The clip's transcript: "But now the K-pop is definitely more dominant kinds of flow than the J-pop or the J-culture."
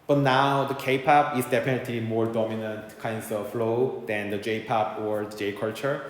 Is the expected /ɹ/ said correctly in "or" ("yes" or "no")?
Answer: yes